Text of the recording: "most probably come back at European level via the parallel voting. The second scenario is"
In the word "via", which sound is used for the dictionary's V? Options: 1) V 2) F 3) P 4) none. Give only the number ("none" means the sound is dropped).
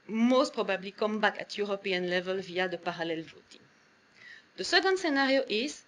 1